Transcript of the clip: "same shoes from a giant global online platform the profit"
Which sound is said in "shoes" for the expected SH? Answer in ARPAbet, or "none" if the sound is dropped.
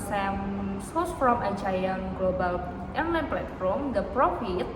S